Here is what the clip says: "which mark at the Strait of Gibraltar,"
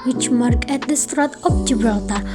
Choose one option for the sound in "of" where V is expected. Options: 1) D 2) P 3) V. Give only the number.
2